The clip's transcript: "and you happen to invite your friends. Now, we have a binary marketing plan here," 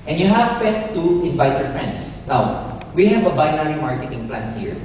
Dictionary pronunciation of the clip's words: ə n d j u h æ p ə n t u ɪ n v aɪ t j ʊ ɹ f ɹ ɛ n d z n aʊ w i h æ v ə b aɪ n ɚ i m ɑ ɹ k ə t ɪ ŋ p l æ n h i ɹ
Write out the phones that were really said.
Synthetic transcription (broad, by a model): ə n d j u h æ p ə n t u ɪ n v aɪ t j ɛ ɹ f ɹ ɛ n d s n aʊ w i h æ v ə b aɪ n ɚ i m ɑ ɹ k ə t ɪ ŋ p l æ n h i ɹ